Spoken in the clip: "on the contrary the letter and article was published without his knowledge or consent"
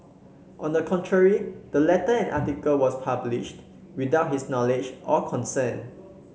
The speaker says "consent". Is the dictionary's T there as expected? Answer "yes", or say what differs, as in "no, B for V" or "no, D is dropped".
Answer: no, T is dropped